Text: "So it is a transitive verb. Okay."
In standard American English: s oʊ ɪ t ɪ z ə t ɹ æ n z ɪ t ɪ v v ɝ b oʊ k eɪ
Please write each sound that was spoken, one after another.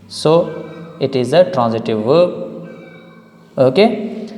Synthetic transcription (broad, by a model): s oʊ ɪ t ɪ z ə t ɹ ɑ n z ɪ t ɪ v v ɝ oʊ k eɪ